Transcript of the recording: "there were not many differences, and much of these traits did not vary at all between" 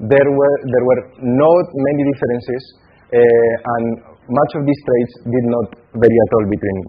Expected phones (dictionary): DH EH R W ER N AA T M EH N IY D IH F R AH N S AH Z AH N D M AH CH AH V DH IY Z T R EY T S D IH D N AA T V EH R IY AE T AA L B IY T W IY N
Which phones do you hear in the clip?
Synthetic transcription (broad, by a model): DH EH R W ER N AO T M EH N IY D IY F R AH N S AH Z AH N M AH CH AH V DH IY S T R EY T S D IH D N AA T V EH R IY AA T AA L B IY T W IY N